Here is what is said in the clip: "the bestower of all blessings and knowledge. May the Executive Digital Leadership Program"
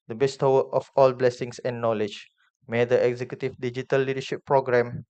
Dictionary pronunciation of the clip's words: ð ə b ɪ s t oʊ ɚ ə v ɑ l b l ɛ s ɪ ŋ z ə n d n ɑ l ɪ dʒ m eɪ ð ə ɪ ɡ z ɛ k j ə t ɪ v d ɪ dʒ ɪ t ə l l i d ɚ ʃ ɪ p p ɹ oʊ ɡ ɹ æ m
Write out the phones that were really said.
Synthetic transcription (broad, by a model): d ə b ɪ s t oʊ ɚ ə f ɑ l b l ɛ s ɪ ŋ s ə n n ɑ l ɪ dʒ m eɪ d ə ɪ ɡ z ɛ k j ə t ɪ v d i dʒ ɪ t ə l l i d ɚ ʃ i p p ɹ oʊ ɡ ɹ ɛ m